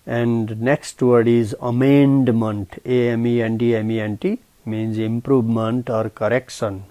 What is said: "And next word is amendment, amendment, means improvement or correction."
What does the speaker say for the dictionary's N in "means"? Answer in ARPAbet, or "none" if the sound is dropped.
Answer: N